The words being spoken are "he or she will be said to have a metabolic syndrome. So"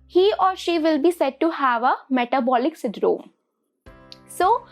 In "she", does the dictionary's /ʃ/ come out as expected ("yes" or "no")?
yes